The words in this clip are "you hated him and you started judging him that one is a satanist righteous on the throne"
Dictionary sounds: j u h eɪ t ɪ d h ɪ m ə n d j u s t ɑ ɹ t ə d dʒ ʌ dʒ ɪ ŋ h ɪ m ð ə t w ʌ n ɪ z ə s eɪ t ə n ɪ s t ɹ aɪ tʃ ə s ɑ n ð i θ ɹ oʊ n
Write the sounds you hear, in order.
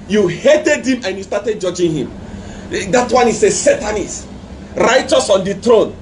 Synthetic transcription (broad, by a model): j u h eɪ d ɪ d h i m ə n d j u s t ɑ t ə d dʒ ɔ dʒ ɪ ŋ h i m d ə t w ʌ n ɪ s ə s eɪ t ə n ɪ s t ɹ aɪ tʃ ə s ɑ n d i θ ɹ oʊ n